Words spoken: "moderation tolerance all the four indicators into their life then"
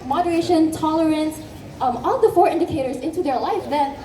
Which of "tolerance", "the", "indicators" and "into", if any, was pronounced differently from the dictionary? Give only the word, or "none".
none